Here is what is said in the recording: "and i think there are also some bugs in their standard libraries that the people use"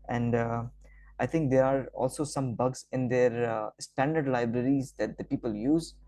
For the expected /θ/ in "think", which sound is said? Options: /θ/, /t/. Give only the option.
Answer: /t/